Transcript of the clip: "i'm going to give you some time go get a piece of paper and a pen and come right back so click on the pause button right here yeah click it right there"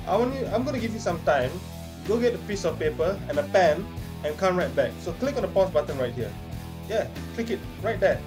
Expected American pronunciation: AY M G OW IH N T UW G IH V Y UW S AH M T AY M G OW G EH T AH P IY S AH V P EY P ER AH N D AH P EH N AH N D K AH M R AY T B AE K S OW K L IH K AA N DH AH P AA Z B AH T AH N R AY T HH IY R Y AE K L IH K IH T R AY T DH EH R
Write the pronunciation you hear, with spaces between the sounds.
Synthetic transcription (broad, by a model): AY M G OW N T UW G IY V Y UW S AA M T AY M G OW G EH T AH P IY S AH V P EY P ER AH N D AH P EH N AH N K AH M R AY T B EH K S OW K L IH K AA N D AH P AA S B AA T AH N R AY T HH IY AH Y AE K L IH K IH T R AY T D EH